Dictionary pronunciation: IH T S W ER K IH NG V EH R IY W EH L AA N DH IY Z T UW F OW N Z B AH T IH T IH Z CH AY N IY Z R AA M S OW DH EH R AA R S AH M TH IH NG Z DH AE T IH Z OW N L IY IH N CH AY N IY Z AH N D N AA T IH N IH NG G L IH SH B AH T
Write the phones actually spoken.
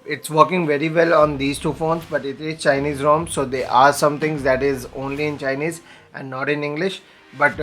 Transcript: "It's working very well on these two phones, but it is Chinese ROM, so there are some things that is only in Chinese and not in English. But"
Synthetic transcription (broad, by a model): IH T S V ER K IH NG V EH R IY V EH L AA N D IY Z T UW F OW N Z B AH T IH T IH Z CH AY N IY Z R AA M S OW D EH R AA R S AH M T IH NG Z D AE T IH Z OW N L IY IH N CH AY N IY Z AH N D N AA T IH N IH NG G L IH SH B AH T